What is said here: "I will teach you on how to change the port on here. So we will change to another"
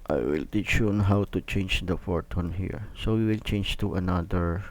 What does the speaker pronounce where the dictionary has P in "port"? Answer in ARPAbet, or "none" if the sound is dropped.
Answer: F